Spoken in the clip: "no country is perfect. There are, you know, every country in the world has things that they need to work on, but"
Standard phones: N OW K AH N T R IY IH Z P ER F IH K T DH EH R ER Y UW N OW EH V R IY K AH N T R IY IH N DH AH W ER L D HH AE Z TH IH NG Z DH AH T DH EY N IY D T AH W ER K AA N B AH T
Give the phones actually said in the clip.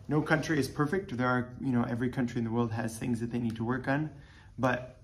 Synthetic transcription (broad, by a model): N OW K AH N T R IY IH Z P ER F IH K T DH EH R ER Y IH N OW EH V R IY K AH N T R IY IH N DH AH W ER L D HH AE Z TH IH NG Z DH AH T DH EY N IY D T AH W ER K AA N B AH T